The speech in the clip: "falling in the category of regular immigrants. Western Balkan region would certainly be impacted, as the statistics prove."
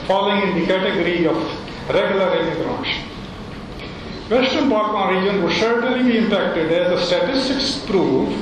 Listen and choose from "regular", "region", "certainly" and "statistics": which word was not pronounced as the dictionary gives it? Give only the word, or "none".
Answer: certainly